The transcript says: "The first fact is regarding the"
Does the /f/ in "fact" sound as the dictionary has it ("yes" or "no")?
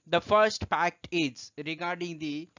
no